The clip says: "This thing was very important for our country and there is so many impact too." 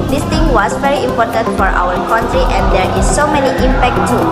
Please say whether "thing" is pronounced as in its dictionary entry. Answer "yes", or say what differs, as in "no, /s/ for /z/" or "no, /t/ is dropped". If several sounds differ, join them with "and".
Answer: no, /t/ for /θ/